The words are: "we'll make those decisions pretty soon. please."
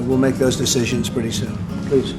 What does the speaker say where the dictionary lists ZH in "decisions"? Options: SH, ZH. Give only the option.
ZH